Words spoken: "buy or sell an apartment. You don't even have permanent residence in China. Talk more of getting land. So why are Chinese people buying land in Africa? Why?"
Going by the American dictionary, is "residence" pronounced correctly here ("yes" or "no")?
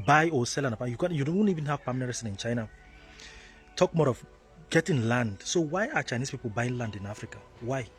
no